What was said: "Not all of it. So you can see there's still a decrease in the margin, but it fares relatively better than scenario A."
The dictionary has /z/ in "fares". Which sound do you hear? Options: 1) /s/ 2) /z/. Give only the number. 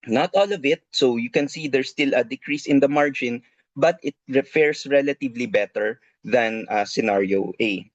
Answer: 1